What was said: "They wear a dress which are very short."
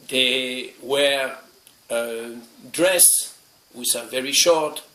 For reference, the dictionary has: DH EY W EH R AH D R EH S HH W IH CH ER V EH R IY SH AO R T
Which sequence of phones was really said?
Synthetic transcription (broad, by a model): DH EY W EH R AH D R EH S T W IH S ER V EH R IY SH AO R T